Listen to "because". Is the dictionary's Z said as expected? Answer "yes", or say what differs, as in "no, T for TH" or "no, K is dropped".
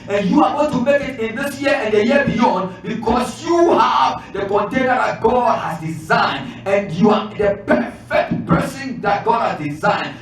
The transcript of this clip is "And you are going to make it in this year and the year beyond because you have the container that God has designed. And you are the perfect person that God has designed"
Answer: no, S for Z